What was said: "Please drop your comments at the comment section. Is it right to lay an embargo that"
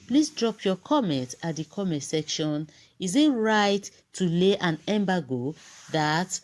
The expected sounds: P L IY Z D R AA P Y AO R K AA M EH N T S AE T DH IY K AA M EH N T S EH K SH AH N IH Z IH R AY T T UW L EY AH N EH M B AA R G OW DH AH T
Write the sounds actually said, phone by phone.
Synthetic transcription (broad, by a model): P L IY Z D R AA P Y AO K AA M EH N T AA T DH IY K AA M EH N T S EH K SH AH N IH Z IH R AY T T UW L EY AH N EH M B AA G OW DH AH T